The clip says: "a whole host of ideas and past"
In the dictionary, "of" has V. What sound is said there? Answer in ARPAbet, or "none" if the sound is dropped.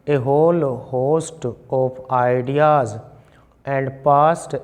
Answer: P